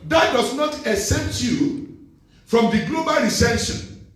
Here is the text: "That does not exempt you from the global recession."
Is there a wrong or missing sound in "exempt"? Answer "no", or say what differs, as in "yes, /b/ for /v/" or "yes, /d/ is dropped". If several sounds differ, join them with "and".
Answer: yes, /m/ is dropped